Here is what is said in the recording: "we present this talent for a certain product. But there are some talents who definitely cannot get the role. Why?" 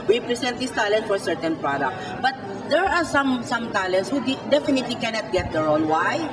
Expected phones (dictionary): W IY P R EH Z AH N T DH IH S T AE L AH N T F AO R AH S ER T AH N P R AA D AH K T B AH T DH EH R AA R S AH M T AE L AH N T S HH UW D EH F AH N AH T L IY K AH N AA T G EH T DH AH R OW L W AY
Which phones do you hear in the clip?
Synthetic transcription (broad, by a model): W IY P R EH S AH N T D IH S T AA L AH N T F AO R S ER T AH N P R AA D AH K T B AH T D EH R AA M S AH M T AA L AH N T S HH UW D EH F AH N AH T L IY K AH N AA T G EH T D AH R OW L W AY